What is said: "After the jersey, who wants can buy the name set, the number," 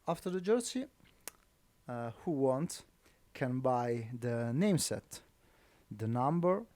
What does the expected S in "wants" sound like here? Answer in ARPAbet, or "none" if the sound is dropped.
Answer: none